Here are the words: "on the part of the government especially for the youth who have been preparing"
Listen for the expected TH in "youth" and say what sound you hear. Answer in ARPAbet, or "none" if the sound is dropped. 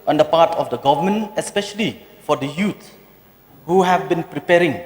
S